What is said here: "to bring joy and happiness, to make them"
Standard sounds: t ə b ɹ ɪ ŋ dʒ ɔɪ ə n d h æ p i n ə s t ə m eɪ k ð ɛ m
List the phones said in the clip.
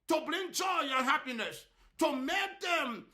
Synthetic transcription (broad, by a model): t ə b l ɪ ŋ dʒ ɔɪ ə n h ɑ p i n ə s t ə m eɪ k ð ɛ m